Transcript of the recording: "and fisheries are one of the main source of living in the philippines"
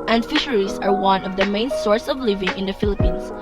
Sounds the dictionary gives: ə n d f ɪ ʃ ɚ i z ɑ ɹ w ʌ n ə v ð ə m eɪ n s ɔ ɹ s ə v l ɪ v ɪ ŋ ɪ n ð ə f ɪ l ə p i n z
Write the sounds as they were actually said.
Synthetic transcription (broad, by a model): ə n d f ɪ ʃ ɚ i s ɑ ɹ w ʌ n ə v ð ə m eɪ n s ɔ ɹ s ə v l ɪ v ɪ ŋ ɪ n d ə f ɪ l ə p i n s